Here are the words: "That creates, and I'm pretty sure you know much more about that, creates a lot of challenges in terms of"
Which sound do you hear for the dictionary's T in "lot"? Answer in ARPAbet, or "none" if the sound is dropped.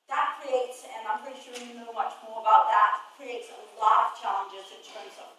none